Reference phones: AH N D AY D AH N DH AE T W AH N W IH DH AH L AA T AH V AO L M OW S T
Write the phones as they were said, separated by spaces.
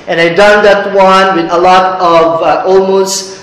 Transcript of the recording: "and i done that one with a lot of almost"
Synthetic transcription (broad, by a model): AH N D AY D AH N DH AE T W AH N W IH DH AH L AA T AH V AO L M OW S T